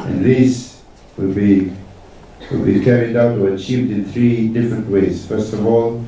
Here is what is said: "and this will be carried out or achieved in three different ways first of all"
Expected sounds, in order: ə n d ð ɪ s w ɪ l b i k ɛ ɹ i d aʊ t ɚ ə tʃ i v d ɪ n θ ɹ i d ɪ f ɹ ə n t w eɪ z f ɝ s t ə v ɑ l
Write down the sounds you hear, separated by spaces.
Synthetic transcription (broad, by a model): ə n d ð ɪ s w ɪ l b i k ɛ ɹ i d aʊ t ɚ ə tʃ i v d ɪ n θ ɹ i d ɪ f ɹ ə n t w eɪ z f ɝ s t ə v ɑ l